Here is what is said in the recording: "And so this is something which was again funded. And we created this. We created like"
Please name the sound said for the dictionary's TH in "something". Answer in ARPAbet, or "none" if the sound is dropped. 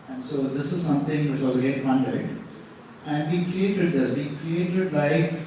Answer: T